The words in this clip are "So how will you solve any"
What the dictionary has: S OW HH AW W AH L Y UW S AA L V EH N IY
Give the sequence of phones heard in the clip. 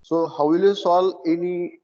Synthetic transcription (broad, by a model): S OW HH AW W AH L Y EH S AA L EH N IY